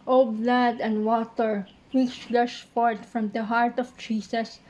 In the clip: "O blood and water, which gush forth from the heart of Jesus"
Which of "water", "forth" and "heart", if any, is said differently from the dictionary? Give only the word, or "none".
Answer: forth